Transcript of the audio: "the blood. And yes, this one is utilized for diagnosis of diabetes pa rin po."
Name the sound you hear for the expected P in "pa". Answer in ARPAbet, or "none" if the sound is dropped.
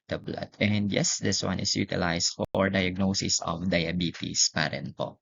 P